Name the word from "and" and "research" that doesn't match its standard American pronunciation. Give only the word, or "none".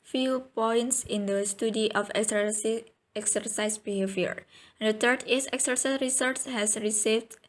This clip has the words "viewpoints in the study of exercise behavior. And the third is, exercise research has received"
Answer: research